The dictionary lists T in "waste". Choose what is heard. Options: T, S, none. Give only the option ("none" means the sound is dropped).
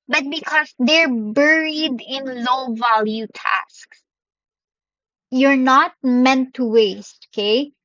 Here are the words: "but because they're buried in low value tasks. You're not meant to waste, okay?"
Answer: T